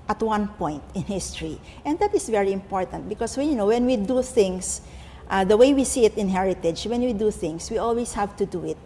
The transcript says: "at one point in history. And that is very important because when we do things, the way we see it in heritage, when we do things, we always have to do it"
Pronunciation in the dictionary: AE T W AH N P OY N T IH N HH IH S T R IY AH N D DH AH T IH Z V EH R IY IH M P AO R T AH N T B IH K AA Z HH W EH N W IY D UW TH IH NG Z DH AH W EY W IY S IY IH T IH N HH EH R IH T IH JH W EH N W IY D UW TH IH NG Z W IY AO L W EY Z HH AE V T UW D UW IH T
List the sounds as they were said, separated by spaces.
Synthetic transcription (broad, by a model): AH T W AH N P OY N T IH N HH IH S T R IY AH N D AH T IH S V EH R IY IH M P AO R T AH N T B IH K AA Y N W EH N W IY D UW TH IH NG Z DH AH W EY W IY S IY IH T IH N HH EH R IH T IH JH W EH N W IY D UW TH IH NG S W IY AO L W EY S HH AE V T UW D UW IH T